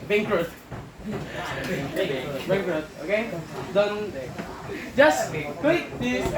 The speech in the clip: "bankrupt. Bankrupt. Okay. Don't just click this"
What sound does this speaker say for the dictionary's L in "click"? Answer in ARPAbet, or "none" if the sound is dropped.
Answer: W